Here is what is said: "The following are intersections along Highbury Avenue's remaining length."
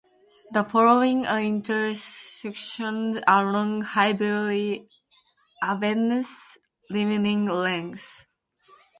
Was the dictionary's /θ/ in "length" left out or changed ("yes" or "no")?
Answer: yes